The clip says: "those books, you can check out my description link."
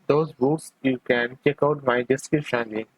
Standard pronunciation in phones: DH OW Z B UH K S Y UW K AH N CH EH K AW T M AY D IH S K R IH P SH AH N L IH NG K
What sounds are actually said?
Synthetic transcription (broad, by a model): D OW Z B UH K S Y UW K AH N CH EH K AW T M AY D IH S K IH SH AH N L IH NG